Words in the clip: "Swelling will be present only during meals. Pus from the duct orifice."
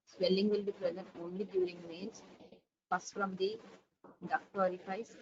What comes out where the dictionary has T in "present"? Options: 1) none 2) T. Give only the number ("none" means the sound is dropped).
2